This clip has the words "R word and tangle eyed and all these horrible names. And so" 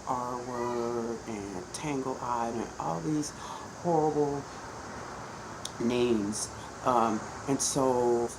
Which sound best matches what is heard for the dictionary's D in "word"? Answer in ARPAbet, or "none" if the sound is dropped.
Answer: none